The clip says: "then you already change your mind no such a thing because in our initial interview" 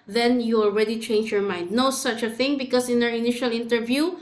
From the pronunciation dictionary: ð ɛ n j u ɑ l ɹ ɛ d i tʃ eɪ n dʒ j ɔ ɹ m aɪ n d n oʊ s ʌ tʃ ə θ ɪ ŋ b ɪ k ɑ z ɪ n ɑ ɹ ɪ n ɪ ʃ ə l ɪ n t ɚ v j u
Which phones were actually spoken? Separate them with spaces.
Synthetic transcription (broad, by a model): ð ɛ n j u ɑ l ɹ ɛ d i tʃ eɪ n dʒ j ɔ ɹ m aɪ n d n oʊ s ʌ tʃ ə θ ɪ ŋ b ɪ k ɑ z ɪ n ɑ ɹ ɪ n ɪ ʃ ə l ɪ n t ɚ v j u